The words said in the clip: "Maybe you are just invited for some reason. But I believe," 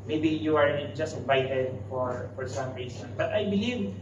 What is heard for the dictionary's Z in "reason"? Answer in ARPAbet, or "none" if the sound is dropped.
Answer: S